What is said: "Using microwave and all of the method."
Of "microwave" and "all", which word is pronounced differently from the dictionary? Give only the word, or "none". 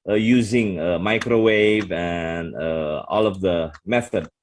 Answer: none